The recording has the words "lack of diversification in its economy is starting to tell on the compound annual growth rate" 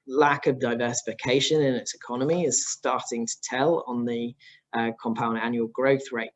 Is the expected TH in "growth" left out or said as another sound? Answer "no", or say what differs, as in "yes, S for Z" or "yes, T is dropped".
no